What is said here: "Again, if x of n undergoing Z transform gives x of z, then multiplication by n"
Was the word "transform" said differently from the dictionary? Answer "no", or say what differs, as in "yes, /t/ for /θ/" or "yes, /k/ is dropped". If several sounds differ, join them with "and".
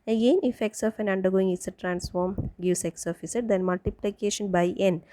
no